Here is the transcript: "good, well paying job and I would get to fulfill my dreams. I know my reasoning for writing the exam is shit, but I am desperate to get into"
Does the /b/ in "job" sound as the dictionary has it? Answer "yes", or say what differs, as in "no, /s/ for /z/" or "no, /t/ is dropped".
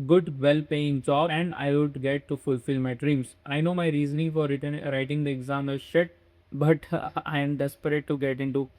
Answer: no, /b/ is dropped